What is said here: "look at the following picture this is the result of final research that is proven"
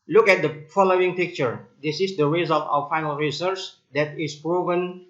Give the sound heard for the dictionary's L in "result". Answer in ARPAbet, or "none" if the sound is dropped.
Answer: L